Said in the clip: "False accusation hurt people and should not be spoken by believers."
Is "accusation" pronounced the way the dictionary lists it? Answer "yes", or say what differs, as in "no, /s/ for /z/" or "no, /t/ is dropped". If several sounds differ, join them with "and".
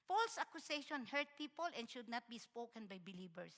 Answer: no, /s/ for /z/